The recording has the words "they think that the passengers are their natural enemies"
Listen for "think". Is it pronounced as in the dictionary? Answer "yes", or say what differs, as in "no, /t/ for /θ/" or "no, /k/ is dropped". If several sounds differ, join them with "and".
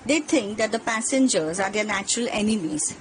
no, /t/ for /θ/